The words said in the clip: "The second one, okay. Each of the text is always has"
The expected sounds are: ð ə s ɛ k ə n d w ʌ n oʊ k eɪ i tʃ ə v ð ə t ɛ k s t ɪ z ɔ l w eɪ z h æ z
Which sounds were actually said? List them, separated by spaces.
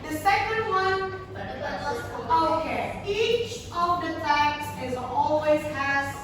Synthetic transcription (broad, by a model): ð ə s ɛ k ə n d w ʌ n oʊ k eɪ i tʃ ə v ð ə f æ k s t ɪ z ɔ l w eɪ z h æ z